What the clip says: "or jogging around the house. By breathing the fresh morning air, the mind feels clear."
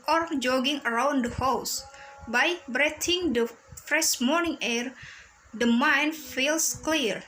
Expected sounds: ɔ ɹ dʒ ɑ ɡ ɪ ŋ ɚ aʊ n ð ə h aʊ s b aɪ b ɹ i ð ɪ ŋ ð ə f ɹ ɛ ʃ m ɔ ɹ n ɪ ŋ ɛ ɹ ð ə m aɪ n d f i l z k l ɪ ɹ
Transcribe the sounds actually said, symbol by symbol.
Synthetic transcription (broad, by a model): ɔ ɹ dʒ ɑ ɡ ɪ ŋ ɚ aʊ n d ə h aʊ s b aɪ b ɹ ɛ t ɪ ŋ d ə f ɹ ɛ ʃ m ɔ ɹ n ɪ ŋ ɛ ɹ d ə m aɪ n f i l s k l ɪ ɹ